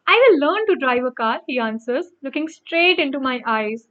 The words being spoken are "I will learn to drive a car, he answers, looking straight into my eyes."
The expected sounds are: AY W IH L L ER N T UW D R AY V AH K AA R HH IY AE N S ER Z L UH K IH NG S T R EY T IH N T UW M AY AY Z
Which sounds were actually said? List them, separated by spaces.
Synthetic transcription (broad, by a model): AY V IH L L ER N T UW D R AY V AH K AA R HH IY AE N S ER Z L UH K IH NG S T R EY T IH N T UW M AY AY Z